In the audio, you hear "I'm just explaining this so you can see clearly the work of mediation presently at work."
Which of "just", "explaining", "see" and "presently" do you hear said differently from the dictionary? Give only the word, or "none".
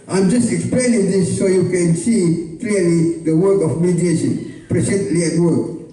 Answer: presently